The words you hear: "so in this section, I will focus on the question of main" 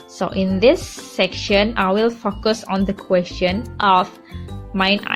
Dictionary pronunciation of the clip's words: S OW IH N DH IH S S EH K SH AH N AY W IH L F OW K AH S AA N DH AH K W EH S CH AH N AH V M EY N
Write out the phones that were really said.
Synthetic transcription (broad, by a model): S OW IH N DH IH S S EH K SH AH N AY W IH L F OW K AH S AA N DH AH K W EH S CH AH N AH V M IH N